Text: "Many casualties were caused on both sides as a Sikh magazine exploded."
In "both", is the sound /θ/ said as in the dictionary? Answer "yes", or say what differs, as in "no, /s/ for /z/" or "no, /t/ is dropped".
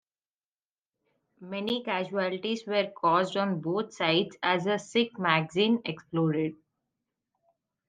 no, /t/ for /θ/